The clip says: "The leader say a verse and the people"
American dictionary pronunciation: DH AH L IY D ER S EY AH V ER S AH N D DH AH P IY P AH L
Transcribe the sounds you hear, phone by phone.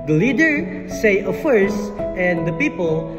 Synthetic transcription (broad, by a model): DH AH L IY D ER S EY AH F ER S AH N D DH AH P IY P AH L